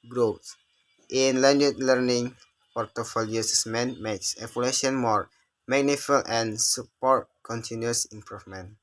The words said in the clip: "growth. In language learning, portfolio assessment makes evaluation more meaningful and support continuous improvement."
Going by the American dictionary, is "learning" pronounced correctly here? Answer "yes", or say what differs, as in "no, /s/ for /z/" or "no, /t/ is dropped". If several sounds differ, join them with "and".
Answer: yes